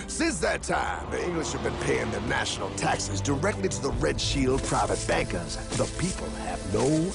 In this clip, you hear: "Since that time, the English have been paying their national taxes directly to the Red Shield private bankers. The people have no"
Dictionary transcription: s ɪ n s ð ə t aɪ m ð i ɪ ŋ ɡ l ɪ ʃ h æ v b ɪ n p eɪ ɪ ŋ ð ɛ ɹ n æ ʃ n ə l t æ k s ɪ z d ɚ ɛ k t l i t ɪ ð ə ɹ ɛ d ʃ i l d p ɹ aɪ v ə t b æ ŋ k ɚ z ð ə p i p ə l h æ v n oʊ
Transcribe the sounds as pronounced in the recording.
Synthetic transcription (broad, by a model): s ɪ n s ð ə t aɪ m ð i ɪ ŋ ɡ l ɪ ʃ h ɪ v b ɪ n p eɪ ɪ ŋ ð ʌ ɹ n æ ʃ n l t æ k s ɪ z d ɚ ɛ k t l i t ɪ ð ə ɹ ɛ d ʃ i l d p ɹ aɪ v ə t b æ ŋ k ɚ z ð ə p i p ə l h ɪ v n oʊ